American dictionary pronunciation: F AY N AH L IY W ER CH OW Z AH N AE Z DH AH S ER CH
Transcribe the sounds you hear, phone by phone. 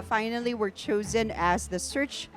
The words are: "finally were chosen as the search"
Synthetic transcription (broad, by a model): F AY N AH L IY W ER CH OW Z AH N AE Z DH AH S ER CH